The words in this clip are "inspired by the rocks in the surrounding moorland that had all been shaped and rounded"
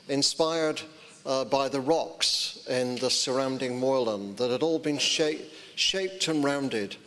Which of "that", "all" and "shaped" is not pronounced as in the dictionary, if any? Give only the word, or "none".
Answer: none